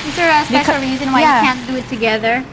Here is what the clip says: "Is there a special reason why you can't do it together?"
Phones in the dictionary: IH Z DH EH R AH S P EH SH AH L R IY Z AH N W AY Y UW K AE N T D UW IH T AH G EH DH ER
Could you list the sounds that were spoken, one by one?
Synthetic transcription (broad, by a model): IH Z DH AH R AH S B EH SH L R IY Z AH N W AY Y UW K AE N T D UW IH T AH G EH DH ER